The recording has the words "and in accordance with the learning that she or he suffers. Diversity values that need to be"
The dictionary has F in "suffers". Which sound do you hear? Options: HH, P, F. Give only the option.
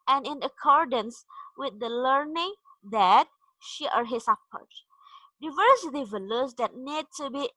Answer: P